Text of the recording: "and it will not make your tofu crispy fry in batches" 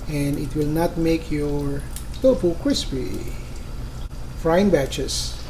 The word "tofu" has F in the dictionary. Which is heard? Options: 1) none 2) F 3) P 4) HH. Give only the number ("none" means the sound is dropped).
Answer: 3